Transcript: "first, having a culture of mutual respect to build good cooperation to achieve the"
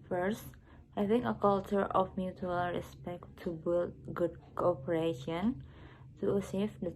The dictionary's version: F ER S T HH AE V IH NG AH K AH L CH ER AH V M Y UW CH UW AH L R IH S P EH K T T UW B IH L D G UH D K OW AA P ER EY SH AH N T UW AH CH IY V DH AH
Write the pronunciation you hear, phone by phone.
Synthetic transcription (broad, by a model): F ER S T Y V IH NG AH K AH L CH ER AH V M Y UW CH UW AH L R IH S P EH K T T UW B IH L D G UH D K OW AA P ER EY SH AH N T UW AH S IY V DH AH